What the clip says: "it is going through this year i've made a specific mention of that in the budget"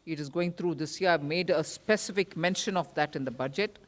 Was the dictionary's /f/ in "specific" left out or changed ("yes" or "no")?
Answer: no